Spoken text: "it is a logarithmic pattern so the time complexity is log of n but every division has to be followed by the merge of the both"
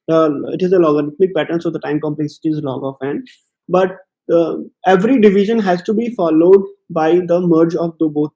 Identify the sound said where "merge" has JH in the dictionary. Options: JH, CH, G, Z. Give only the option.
JH